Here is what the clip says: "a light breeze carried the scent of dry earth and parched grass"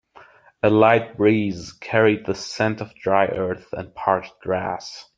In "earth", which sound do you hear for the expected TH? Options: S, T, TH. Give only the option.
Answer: TH